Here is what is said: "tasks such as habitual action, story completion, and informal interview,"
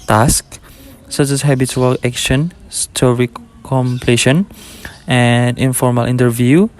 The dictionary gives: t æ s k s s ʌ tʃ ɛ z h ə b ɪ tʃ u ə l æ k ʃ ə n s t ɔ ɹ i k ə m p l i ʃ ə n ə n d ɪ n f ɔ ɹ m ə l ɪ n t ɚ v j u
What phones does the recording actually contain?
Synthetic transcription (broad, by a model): t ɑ s k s s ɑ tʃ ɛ s h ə b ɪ s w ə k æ k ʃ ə n s t ɔ ɹ i k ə m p l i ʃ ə n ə n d ɪ n f ɔ ɹ m ə l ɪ n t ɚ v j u